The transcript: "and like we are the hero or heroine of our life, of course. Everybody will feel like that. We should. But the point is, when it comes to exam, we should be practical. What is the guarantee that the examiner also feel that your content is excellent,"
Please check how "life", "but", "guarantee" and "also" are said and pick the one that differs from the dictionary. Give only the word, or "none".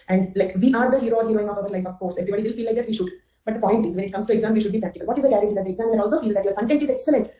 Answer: guarantee